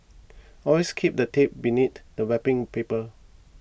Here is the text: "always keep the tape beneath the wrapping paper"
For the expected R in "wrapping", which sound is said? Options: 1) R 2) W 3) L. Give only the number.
2